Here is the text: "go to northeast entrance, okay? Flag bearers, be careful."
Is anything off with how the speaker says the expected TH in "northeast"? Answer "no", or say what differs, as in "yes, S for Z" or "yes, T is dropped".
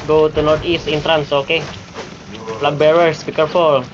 yes, T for TH